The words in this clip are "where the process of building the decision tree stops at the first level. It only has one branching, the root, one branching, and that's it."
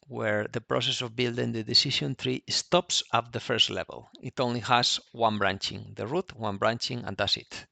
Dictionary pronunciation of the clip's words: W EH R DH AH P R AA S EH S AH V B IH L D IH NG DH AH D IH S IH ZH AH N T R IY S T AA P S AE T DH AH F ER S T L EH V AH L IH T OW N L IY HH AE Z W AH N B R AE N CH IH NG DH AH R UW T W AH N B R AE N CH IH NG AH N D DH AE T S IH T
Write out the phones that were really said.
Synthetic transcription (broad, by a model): W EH R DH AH P R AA S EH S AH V B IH L D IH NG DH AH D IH S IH SH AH N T R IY S T AA P S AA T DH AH F ER S T L EH V AH L IH T OW N L IY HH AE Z W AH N B R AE N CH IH NG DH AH R UW T W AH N B R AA N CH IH NG AH N D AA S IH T